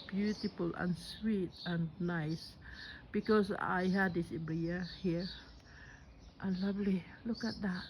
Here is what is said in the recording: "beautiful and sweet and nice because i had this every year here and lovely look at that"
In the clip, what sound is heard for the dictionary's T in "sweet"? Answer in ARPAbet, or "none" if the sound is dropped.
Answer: T